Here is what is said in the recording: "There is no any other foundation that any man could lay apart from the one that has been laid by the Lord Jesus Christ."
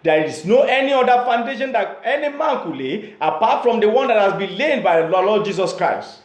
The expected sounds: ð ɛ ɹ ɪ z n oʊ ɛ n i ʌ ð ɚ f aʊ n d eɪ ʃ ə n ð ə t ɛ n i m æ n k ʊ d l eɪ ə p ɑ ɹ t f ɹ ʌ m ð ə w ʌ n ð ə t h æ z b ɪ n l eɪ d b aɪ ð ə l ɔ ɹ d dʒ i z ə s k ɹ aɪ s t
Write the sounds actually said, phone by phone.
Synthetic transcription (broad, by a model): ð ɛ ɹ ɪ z n oʊ ɛ n i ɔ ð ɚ f aʊ n d eɪ ʃ ə n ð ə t ɛ n i m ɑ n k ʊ l eɪ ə p ɑ t f ɹ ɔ m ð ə w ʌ n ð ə t h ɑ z b ɪ n l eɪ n b aɪ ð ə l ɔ l d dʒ i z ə s k ɹ aɪ s t